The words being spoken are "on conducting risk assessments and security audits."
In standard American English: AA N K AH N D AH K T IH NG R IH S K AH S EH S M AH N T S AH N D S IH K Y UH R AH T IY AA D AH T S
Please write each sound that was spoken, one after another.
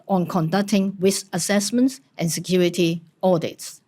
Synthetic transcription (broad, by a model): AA N K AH N D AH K T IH NG W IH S AH S EH S M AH N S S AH N S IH K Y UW R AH T IY AA D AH T S